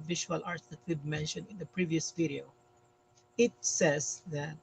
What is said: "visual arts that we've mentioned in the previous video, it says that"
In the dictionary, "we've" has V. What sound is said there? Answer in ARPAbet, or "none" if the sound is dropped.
B